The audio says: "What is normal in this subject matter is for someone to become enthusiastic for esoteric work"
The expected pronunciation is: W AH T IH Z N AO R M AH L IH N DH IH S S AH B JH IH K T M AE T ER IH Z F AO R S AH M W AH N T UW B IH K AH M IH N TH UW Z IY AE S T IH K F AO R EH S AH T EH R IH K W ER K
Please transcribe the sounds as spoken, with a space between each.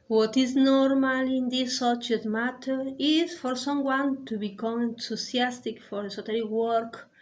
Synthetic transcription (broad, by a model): W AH T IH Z N AO R M AH L IH N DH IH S S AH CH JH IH T M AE T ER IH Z F AO R S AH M W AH N T UW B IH K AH M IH N T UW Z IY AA S T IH K F AO R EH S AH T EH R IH W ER K